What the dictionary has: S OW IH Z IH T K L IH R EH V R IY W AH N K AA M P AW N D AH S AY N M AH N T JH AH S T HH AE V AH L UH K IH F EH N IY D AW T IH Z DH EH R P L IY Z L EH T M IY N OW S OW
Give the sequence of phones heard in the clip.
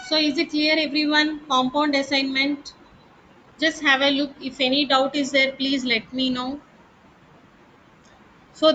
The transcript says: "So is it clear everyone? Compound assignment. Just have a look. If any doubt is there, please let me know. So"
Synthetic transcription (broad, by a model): S OW IH Z IH T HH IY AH R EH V R IY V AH N K AA M P AW N D AH S AY N M AH N T JH AH S T HH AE V AH L UH K IH F EH N IY D AW T IH Z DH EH R P L IY Z L EH T M IY N OW S OW